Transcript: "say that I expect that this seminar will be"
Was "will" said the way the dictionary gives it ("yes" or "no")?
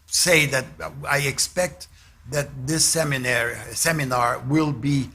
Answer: yes